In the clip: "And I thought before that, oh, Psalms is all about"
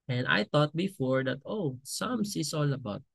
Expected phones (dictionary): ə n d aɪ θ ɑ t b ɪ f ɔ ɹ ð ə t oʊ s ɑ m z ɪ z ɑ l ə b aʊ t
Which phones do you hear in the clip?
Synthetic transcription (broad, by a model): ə n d aɪ t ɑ t b ɪ f ɔ ɹ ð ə t oʊ s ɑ m s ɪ s ɑ l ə b aʊ t